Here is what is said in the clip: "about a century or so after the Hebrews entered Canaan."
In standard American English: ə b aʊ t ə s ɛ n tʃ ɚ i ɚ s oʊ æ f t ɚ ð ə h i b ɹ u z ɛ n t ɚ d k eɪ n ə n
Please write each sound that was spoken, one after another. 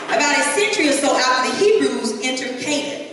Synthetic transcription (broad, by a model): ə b aʊ t ə s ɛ n tʃ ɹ i ɚ s oʊ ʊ t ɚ ð ə h i b ɹ u z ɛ n t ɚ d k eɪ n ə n